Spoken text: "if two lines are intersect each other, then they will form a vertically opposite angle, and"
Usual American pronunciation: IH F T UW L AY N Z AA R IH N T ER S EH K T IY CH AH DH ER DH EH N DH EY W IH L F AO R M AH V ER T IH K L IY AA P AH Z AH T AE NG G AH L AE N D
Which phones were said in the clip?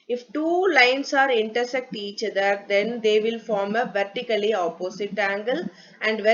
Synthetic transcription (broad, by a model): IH F T UW L AY N S AA R IH N T ER S EH K T IY CH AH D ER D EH N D EY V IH L F AO R M AH V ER T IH K L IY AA P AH S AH T AE NG G AH L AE N D